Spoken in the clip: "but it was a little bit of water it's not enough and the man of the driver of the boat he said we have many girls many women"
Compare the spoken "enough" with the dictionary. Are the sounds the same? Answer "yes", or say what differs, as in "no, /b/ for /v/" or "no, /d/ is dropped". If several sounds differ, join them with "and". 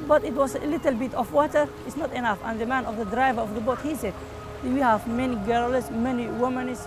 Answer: yes